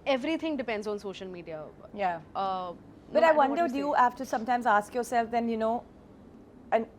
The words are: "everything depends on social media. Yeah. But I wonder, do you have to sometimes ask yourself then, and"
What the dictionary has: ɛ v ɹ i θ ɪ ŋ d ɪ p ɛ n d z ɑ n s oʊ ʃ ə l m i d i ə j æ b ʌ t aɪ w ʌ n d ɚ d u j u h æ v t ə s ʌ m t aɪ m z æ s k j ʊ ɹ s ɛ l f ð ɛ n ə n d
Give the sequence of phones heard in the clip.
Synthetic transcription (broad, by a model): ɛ v ɹ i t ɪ ŋ d ɪ p ɛ n d z ɑ n s oʊ ʃ ə l m i d i ə j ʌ b ʌ t aɪ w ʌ n d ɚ d u j u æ f t ə s ʌ m t aɪ m z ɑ s k j ʊ ɹ s ɛ l f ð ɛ n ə n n